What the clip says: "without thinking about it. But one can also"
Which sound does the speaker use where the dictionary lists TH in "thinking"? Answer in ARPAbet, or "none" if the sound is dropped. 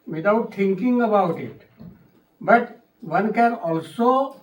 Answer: T